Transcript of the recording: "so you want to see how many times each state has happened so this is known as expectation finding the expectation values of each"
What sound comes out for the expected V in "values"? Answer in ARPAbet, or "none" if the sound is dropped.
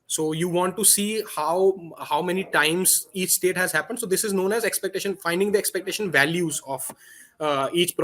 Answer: V